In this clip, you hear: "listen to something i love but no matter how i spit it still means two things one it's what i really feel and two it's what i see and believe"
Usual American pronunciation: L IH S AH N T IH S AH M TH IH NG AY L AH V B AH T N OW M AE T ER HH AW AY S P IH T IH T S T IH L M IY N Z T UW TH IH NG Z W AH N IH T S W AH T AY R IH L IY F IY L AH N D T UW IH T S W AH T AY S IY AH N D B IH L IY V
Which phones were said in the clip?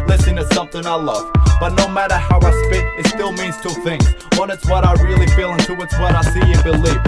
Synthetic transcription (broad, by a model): L IH S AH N T IH S AH M TH IH NG AY L AH V B AH T N OW M AE T ER HH AW AY S P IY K IH T S T IH L M IY N Z T UW TH IH NG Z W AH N IH T S W AH T AY R IH L IY F IY L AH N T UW IH T S W AH T AY S IY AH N B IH L IY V